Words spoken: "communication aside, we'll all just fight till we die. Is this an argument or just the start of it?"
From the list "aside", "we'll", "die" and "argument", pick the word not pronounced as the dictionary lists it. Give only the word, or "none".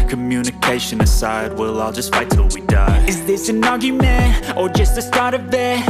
argument